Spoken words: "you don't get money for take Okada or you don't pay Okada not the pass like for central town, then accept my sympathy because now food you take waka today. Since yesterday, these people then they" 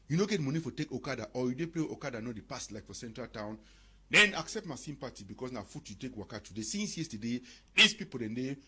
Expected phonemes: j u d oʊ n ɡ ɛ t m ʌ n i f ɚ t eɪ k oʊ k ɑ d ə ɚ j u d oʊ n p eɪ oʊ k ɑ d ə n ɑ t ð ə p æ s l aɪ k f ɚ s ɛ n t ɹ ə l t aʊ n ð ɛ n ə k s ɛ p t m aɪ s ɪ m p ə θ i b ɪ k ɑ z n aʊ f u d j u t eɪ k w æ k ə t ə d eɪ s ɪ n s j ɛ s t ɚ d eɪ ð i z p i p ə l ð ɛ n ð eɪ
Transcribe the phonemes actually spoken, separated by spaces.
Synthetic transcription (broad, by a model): j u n oʊ ɡ ɛ t m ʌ n i f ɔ t eɪ k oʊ k ɑ d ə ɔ j u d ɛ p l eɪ oʊ k ɑ d ə n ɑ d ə p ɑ s l aɪ k f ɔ s ɛ n t ɹ ə l t aʊ n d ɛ n ə k s ɛ p t m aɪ s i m p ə t i b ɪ k ɑ s n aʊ f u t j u t eɪ k w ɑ k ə t ə d eɪ s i n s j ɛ s t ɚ d eɪ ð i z p i p ə l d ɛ n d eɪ